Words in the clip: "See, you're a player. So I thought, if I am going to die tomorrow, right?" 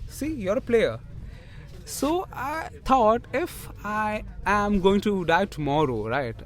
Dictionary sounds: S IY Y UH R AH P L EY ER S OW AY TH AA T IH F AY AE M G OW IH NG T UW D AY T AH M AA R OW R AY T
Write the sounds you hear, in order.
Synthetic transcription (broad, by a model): S IY Y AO R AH P L EY ER S OW AY T AA T IH F AY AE M G OW IH NG T UW D AY T AH M AA R OW R AY T